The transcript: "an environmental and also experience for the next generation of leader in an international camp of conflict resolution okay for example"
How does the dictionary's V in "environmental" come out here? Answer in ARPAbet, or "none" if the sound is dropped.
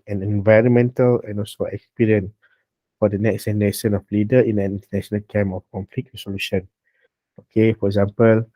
V